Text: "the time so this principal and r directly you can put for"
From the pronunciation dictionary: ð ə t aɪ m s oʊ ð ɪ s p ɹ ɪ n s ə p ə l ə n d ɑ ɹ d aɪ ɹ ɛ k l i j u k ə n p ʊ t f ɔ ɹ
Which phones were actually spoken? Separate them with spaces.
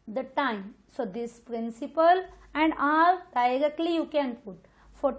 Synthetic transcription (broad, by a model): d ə t aɪ m s oʊ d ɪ s p ɹ ɪ n s ə p ə l ə n d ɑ l d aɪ ɹ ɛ k l i j u k ə n p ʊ t f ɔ ɹ